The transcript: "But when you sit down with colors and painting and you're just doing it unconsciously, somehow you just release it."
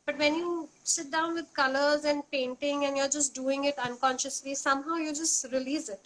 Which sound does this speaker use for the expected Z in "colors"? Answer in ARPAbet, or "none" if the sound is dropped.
Z